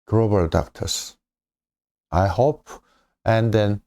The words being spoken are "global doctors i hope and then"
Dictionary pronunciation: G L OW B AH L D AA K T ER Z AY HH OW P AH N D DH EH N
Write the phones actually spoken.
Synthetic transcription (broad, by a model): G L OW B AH L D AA K T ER S AY HH OW P AH N D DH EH N